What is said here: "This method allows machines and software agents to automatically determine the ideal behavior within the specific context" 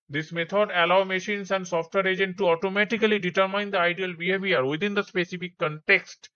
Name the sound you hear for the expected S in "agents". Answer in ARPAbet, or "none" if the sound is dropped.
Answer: none